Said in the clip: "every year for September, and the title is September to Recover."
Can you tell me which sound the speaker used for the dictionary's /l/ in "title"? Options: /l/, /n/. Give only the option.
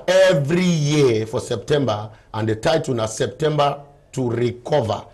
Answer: /n/